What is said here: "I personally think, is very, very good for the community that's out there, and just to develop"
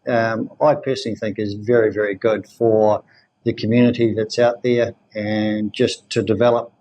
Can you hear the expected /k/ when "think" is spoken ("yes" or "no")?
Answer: yes